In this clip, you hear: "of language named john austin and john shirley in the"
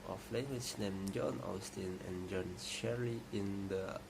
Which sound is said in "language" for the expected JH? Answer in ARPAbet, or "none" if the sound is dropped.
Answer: CH